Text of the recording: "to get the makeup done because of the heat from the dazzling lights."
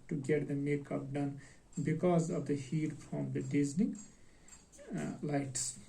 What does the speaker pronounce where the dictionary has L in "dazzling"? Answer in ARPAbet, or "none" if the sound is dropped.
N